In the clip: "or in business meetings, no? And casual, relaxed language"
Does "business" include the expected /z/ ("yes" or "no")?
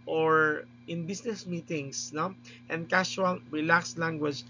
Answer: no